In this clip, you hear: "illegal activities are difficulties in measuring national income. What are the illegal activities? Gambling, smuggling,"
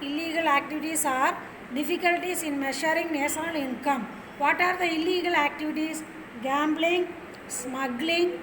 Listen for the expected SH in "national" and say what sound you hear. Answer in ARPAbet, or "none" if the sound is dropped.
S